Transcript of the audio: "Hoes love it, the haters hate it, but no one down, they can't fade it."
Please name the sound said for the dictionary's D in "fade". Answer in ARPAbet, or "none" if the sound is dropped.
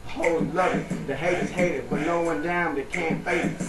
none